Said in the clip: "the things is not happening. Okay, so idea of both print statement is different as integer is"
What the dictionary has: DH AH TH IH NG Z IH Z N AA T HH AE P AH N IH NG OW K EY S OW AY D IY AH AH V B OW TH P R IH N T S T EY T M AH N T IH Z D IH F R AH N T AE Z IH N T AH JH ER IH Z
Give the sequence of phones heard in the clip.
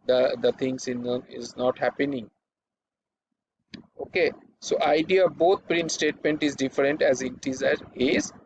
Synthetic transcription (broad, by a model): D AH T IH NG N IH Z N AA T HH AE P AH N IH NG OW K EY S OW AY D IY AH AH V B OW T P R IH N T S T EY T M AH N T IH Z D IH F R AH N T AE Z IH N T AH Z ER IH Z